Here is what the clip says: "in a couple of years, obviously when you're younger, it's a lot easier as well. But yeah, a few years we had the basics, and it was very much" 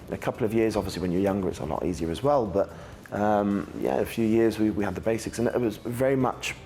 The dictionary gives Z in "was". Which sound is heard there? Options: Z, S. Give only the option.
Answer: Z